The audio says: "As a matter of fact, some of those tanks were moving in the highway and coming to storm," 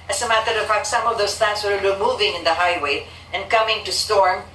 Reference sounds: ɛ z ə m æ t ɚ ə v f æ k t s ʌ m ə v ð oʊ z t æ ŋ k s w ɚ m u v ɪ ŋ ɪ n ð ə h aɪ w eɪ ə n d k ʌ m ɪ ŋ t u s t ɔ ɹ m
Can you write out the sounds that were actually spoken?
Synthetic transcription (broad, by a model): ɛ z ə m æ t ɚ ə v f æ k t s ʌ m ə v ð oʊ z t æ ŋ s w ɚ m u v ɪ ŋ ɪ n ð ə h aɪ w eɪ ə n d k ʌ m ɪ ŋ t u s t ɔ ɹ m